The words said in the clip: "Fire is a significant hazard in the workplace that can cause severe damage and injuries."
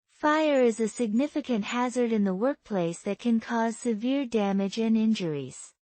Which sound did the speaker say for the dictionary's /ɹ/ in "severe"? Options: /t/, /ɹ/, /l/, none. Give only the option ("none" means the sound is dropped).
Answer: /ɹ/